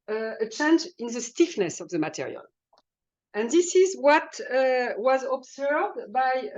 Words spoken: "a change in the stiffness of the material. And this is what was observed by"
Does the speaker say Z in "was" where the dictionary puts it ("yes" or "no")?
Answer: yes